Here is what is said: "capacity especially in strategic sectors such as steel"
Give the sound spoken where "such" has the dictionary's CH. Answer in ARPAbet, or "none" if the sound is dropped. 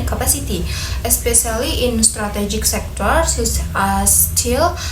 S